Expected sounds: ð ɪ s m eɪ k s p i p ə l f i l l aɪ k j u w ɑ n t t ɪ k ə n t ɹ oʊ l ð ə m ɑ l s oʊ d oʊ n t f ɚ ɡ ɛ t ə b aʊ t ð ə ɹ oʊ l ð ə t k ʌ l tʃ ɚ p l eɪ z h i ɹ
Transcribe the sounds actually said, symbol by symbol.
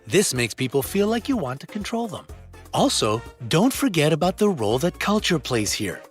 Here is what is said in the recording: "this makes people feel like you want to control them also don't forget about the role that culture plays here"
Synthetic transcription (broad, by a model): ð ɪ s m eɪ k s p i p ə l f i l l aɪ k j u w ɑ n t t ɪ k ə n t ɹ oʊ l ð ə m ɑ l s oʊ d oʊ n t f ɚ ɡ ɛ t ə b aʊ t ð ə ɹ oʊ l ð ə t k ʌ l tʃ ɚ p l eɪ z h i ɹ